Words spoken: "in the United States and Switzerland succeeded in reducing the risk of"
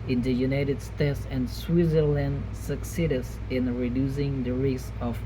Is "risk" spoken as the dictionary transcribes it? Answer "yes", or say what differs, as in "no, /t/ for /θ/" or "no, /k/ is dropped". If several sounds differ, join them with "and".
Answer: no, /k/ is dropped